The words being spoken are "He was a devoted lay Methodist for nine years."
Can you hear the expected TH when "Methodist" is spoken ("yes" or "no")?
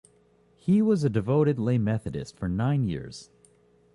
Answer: yes